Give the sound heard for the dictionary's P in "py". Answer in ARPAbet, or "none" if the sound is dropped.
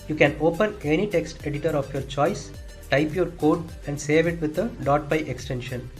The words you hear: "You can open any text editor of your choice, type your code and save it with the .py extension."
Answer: B